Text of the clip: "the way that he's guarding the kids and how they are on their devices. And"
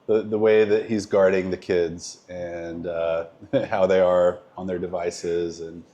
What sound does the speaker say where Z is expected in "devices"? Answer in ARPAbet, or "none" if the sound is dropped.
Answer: Z